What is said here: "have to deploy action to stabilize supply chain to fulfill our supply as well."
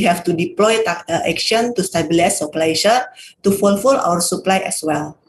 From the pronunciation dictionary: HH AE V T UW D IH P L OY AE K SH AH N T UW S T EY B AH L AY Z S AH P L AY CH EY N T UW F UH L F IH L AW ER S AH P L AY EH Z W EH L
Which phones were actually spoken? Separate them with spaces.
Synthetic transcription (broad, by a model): HH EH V T UW D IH P L OY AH K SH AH N T UW S T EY B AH L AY S AH P L AY SH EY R T UW F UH L F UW L AW ER S AH P L AY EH S W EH L